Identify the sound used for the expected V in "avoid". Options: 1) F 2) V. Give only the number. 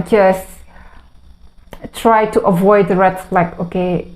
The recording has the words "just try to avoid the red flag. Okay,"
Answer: 2